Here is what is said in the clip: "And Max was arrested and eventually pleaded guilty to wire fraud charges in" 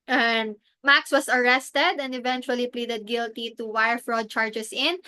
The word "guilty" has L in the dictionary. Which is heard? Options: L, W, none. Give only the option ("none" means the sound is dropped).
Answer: L